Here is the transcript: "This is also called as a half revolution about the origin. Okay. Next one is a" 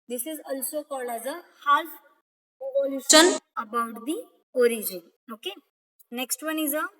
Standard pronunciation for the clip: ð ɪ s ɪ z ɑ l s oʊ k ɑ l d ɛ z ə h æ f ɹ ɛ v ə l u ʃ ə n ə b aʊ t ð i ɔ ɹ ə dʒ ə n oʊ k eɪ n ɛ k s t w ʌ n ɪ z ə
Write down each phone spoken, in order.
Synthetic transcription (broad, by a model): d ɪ s ɪ z ɑ l s oʊ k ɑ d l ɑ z ə h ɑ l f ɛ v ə l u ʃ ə n ə b aʊ t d i ɔ ɹ ə dʒ ə n oʊ k eɪ n ɛ k s t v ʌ n ɪ z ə